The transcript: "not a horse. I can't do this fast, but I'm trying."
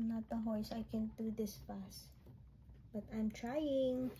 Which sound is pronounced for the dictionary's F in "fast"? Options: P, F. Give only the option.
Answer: P